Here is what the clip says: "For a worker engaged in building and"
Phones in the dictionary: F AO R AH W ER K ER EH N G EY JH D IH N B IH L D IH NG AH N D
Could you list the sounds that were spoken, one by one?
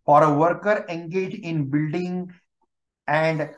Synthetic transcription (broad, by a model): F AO R AH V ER K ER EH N G EY JH IH N B IH L D IH NG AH N D